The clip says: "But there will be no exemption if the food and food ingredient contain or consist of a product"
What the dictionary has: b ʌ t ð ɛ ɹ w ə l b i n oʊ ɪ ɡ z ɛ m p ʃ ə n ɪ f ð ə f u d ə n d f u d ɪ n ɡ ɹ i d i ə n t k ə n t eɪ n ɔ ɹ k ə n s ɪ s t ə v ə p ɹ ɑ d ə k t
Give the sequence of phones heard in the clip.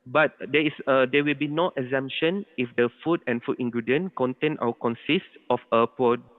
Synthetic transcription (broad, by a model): b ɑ t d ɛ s w ə l b i n oʊ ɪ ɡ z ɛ m p ʃ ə n ɪ f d ə f u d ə n f u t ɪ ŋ ɡ ɹ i d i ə n k ə n t eɪ n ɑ w k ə n s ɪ s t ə f ə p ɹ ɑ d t